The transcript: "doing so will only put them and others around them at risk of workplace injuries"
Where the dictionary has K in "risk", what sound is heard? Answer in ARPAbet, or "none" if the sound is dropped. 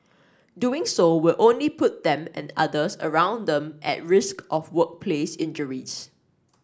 K